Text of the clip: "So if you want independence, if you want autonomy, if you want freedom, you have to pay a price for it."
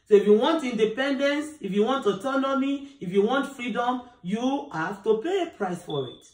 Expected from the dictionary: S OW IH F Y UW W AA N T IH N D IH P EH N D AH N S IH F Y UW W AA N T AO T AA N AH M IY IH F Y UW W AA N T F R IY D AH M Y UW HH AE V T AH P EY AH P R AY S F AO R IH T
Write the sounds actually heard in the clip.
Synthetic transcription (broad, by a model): S OW IH F Y UW W AA N T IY N D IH P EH N D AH N S IH F Y UW W AA N T AO T AA N AH M IY IH F Y UW W AA N T F R IY D AH M Y UW HH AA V T AH P EY AH P R AY S F AO R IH T